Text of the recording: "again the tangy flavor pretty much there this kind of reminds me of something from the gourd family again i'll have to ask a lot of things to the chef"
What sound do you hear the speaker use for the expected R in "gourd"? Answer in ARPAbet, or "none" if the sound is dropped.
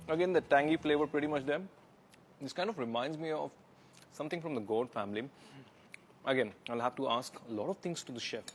L